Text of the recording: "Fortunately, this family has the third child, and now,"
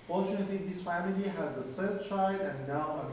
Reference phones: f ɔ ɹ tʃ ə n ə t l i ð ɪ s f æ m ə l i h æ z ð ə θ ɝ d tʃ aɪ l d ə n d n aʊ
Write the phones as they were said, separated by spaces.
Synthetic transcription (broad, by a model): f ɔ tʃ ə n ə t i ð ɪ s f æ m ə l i h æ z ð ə s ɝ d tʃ aɪ d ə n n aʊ